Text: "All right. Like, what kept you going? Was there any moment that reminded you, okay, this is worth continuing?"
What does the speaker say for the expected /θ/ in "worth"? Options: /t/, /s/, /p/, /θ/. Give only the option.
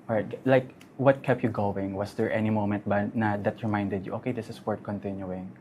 /t/